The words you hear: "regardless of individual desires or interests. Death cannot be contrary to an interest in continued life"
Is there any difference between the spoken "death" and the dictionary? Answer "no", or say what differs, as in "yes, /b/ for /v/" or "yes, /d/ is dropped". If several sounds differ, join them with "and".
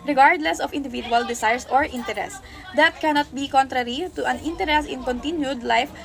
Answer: yes, /t/ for /θ/